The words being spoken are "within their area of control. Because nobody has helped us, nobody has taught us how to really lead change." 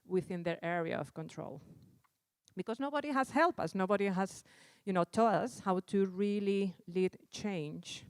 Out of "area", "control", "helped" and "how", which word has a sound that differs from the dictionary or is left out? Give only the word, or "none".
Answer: helped